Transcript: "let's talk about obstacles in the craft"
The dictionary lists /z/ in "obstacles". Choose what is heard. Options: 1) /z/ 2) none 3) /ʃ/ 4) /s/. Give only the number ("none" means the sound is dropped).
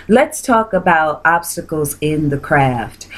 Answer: 1